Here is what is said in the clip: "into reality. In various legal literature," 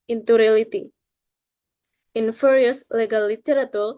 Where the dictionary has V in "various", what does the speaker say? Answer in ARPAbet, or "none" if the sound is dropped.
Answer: F